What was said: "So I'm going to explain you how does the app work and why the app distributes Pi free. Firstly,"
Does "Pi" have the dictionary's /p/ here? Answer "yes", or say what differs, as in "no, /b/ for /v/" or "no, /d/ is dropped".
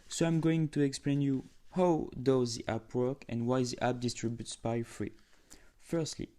no, /b/ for /p/